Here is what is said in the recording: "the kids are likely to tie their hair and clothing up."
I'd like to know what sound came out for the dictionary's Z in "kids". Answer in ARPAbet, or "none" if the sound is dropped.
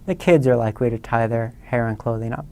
Z